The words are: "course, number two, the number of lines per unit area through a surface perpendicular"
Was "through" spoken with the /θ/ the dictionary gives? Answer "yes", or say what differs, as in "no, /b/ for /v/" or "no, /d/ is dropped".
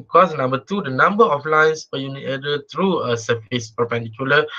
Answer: no, /t/ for /θ/